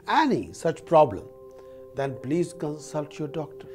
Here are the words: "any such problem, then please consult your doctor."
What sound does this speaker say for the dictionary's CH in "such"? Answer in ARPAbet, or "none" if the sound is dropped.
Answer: CH